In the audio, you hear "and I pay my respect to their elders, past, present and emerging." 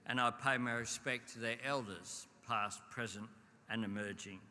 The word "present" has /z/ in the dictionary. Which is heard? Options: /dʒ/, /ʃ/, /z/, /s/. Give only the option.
/z/